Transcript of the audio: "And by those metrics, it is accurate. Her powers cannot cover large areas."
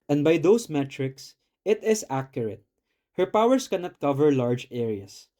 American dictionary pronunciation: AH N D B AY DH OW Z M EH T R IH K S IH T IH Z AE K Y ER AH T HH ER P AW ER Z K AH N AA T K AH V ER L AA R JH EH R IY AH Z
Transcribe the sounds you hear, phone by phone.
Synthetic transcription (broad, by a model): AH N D B AY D OW S M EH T R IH K S IH T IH S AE K Y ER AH T HH ER P AW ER S K AH N AA T K AH V ER L AA R JH EH R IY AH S